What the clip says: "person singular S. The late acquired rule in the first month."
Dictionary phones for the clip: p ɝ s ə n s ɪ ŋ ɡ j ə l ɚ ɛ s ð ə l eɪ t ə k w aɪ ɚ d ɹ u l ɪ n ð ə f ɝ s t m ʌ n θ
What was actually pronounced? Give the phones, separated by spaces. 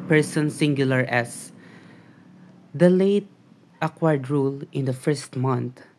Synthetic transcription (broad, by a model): p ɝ s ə n s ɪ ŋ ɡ j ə l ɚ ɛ s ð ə l eɪ t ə k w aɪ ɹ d ɹ u l ɪ n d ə f ɝ s t m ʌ n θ